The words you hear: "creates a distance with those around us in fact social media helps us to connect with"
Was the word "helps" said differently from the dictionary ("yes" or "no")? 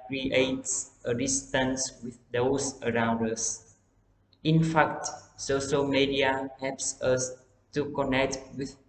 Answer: no